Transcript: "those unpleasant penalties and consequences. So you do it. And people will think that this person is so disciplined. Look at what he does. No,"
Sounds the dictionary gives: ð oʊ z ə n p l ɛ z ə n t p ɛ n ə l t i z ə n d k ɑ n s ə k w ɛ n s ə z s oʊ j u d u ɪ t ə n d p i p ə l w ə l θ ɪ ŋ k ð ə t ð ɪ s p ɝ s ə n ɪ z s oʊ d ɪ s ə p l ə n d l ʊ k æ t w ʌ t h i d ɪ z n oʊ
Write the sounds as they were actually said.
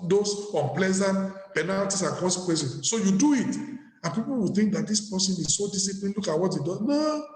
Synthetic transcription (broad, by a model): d oʊ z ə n p l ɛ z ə n t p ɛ n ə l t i s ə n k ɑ s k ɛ s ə s oʊ j u d u ɪ t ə n p i p ə l w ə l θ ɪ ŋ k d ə t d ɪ s p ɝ s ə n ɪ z s oʊ d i s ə p l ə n l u k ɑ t w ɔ t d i d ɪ n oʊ